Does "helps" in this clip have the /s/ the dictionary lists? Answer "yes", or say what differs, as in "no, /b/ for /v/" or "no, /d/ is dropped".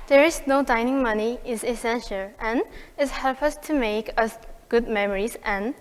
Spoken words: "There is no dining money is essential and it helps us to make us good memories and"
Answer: no, /s/ is dropped